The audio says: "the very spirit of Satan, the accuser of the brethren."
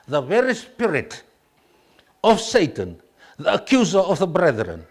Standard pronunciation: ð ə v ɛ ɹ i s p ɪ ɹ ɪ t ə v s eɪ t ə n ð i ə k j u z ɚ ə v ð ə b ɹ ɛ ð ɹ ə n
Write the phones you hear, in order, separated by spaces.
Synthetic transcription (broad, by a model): ð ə v ɛ ɹ i s p ɪ ɹ ɪ t ə v s eɪ t ə n ð i ə k j u z ɚ ə v ð ə b ɹ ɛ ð ɹ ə n